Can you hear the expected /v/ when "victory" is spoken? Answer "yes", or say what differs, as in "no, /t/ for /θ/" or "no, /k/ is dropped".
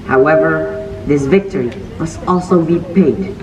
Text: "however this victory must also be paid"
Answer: yes